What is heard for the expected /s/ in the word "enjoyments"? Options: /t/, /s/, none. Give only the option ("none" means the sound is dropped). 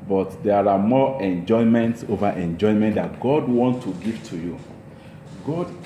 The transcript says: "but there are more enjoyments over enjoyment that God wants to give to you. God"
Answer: /s/